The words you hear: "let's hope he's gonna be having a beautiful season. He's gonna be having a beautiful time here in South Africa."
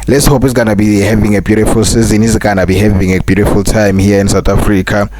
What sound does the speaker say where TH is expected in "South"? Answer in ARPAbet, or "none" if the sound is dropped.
T